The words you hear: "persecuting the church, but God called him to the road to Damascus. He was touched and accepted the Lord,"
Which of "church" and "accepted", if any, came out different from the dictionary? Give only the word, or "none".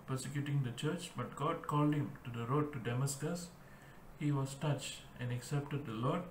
none